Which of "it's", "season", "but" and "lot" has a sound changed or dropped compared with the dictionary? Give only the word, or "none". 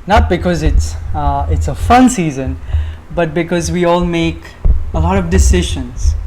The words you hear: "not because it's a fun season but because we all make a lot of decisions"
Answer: none